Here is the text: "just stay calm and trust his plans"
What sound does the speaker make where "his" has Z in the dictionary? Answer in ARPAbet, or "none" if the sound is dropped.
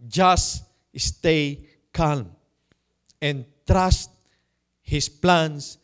S